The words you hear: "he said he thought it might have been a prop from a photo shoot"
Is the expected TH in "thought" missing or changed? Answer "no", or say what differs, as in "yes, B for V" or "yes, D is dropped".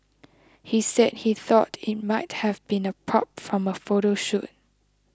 no